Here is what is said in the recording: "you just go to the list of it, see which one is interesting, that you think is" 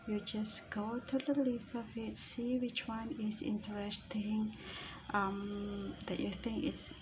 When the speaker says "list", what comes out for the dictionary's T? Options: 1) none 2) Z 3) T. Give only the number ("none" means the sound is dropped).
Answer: 1